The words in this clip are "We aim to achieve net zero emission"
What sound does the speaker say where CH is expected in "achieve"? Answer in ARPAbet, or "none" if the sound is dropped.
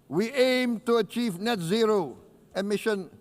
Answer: CH